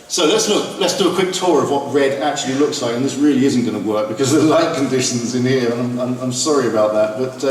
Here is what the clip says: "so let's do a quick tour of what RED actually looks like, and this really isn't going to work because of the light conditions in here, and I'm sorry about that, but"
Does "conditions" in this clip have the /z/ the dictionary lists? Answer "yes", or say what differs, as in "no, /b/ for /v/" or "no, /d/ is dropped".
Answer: yes